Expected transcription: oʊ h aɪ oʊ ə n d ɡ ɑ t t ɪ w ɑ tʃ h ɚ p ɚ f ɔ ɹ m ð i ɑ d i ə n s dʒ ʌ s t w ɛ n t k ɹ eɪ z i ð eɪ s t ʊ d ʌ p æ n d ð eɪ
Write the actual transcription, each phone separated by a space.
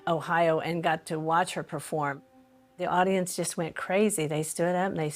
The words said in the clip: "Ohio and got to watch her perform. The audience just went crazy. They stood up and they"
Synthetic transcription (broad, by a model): oʊ h aɪ oʊ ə n ɡ ɑ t t ɪ w ɑ tʃ h ɚ p ɚ f ɔ ɹ m ð i ɑ d i ə n s dʒ ʌ s t w ɛ n k ɹ eɪ z i ð eɪ s t ʊ d ʌ p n ð eɪ